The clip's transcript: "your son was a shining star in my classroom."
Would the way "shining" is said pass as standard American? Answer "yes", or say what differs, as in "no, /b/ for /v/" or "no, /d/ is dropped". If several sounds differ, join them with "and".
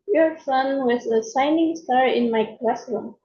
no, /s/ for /ʃ/